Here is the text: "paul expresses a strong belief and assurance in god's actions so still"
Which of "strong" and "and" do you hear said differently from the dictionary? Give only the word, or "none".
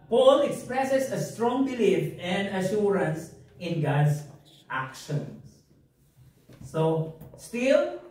none